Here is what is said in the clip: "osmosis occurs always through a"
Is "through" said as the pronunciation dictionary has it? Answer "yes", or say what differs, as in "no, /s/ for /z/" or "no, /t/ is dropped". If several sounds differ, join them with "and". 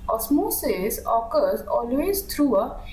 no, /t/ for /θ/